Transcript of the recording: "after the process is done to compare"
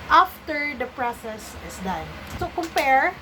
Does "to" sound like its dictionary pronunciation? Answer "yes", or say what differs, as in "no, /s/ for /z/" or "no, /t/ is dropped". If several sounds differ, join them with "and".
no, /s/ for /t/